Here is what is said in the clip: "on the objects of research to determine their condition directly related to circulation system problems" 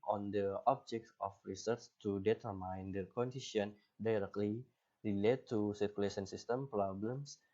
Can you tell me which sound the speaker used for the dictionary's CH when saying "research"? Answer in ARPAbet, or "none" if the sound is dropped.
S